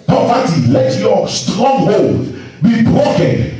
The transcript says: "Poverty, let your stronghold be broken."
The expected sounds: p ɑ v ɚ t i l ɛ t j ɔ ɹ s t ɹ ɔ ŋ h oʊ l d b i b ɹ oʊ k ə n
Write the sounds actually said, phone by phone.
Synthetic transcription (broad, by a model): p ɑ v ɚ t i l ɛ t j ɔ s t ɹ ɔ ŋ h oʊ l d b i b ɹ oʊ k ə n